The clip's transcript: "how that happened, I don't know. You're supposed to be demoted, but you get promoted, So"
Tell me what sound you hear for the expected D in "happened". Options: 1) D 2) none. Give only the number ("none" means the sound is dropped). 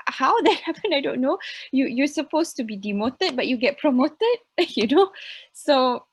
2